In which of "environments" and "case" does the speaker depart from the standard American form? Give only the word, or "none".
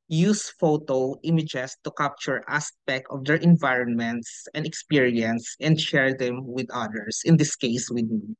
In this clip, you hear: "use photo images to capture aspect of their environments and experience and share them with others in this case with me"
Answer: none